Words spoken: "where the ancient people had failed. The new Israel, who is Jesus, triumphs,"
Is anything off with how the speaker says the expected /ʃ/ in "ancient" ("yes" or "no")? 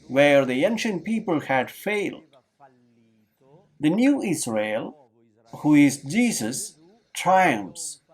no